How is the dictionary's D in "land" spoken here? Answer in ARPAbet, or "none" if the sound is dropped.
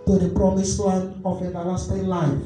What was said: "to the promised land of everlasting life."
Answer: none